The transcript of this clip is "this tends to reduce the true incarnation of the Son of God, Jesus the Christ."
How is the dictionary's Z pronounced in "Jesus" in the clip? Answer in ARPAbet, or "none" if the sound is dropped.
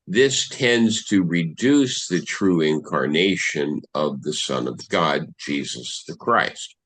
Z